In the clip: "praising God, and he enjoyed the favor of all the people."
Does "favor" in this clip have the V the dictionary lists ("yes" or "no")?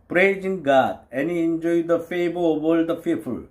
no